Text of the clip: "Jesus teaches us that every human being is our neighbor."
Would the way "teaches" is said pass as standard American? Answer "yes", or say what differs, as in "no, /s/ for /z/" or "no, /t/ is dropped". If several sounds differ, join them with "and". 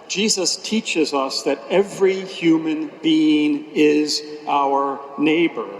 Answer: yes